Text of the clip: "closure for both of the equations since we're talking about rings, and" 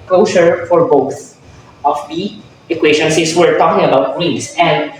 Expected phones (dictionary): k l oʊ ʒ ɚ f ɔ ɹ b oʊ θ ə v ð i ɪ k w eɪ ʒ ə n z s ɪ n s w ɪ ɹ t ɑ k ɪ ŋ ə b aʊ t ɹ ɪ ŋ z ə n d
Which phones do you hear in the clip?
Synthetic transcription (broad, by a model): k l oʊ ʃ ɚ f ɔ ɹ b oʊ θ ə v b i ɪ k w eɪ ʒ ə n s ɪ s w ɪ ɹ t ɑ k ɪ ŋ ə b aʊ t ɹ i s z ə n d